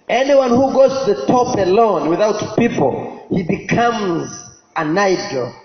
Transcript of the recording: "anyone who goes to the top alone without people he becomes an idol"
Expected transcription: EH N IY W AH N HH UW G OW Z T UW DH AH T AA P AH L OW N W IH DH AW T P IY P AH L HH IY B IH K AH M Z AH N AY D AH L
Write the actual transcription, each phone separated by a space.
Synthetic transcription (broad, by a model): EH N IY W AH N HH UW G OW Z T UW DH AH T AA P AH L OW N W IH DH AW T P IY P AH L HH IY B IH K AH M Z AH N AY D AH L